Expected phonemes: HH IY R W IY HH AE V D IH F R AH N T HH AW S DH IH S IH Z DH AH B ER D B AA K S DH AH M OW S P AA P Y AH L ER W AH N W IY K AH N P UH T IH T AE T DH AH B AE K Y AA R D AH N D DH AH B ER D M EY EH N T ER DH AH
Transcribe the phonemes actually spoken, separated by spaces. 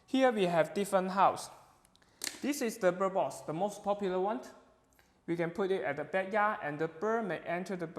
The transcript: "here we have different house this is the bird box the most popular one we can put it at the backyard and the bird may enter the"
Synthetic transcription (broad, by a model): HH IY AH W IY HH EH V D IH F R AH N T HH AW S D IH S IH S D AH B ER B AA S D AH M OW S P AA P Y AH L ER W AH N W IY K AH N P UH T IH T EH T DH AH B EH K Y AA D AH N D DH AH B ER M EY EH N T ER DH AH